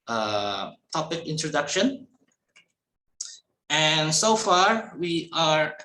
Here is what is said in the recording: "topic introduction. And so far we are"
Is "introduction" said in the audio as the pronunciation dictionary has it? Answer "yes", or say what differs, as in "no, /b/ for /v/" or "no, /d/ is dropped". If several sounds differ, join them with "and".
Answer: yes